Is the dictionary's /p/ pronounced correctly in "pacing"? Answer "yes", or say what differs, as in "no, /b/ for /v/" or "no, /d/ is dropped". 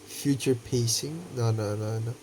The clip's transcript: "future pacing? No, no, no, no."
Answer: yes